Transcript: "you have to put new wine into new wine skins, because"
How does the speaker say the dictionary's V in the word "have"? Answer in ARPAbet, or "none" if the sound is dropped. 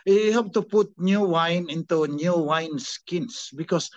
P